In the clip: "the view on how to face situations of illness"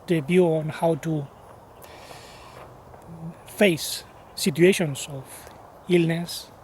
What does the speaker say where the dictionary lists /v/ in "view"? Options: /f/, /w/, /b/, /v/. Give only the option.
/b/